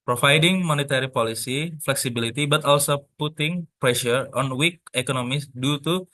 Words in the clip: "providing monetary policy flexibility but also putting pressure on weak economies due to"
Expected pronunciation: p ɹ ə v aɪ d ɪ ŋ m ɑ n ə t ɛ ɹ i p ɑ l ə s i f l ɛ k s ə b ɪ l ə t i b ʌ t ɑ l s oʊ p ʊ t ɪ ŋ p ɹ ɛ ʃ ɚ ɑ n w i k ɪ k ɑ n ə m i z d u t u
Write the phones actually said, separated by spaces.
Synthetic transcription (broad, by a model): p ɹ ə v aɪ d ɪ ŋ m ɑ n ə t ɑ ɹ i p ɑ l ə s i f l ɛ k s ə b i l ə t i b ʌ t ɑ l s oʊ p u t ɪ ŋ p ɹ ɛ ʃ ɚ ɑ n w i k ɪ k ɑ n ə m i s d u t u